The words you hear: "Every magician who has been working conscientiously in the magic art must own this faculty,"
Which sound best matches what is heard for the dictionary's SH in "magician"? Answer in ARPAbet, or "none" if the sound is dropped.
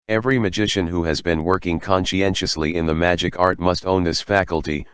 SH